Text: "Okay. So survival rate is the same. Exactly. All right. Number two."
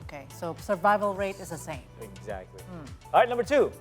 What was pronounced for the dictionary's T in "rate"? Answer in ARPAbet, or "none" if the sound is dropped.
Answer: T